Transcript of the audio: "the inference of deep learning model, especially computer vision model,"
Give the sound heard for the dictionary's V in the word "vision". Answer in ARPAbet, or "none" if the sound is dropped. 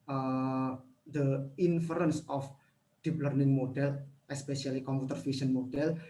F